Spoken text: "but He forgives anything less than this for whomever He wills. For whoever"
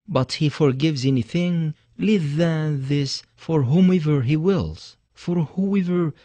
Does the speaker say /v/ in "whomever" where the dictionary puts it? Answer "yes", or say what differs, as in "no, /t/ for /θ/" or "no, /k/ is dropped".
yes